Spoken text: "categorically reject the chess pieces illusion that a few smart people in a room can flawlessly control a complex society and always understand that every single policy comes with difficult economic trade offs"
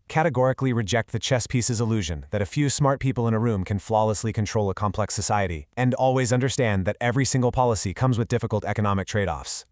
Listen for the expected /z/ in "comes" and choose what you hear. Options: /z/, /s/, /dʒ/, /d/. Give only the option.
/z/